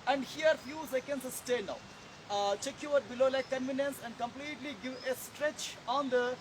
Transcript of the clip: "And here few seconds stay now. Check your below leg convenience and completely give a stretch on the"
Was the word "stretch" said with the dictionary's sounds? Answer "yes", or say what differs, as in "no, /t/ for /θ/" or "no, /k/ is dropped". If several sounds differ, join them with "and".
yes